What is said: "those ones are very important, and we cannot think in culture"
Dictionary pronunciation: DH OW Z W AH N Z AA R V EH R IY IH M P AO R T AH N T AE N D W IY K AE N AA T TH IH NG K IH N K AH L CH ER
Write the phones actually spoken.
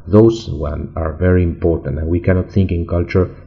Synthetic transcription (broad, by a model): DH OW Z W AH N AA R V EH R IY IH M P AO R T AH N T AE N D W IY K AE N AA T TH IH NG K IH N K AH L CH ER